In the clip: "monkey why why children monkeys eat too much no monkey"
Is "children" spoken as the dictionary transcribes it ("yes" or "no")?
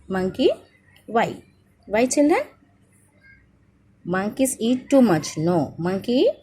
no